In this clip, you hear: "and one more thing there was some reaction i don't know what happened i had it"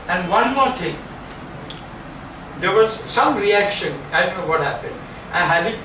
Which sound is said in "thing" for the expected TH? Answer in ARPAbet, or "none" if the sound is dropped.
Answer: T